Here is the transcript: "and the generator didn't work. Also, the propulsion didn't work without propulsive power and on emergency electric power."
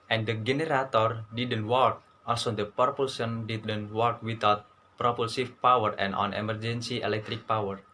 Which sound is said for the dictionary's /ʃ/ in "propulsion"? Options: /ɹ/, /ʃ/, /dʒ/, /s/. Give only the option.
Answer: /s/